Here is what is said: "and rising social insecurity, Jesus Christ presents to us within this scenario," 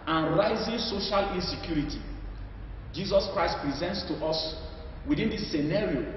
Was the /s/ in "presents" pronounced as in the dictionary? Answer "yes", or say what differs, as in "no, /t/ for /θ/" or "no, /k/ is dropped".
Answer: yes